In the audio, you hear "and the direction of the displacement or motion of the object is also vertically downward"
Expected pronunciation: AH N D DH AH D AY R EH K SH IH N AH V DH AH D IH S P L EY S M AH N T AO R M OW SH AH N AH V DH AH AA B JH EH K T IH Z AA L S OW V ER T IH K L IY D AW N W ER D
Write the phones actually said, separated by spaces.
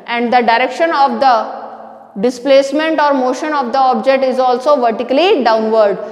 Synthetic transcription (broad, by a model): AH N D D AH D AY R EH K SH IH N AH V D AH D IH S P L EY S M AH N T AO R M OW SH AH N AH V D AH AA B JH EH K T IH Z AA L S OW V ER T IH K L IY D AW N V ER D